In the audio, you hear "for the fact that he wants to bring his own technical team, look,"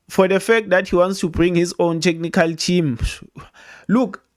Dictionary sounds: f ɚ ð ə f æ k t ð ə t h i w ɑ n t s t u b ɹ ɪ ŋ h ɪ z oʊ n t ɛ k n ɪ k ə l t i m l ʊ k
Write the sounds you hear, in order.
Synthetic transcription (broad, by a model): f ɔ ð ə f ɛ k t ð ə t h i w ɑ n t s t u b ɹ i ŋ h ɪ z oʊ n t ɛ k n ɪ k ə l t i m l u k